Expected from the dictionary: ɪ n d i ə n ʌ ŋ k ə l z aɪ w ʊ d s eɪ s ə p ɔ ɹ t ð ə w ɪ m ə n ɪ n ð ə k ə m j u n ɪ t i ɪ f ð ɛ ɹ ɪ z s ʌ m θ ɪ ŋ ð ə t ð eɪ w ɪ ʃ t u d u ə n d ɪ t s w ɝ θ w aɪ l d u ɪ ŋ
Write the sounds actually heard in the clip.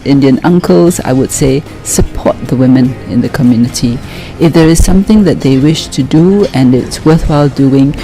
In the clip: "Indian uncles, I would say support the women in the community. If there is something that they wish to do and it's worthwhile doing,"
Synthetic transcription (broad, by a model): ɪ n d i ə n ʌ ŋ k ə l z aɪ w ʊ d s eɪ s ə p ɔ t ð ə w ɪ m ə n ɪ n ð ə k ə m j u n ɪ t i ɪ f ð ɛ ɹ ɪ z s ʌ m θ ɪ ŋ ð ə t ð eɪ w ɪ ʃ t u d u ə n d ɪ t s w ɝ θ w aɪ l d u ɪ ŋ